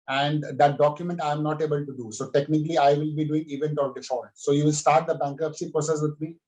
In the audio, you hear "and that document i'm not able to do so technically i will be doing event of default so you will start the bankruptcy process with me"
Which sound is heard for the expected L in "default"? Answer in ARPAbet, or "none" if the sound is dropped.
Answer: none